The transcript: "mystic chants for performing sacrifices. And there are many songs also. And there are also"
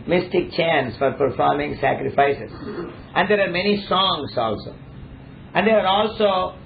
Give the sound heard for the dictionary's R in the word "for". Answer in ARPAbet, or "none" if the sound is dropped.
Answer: R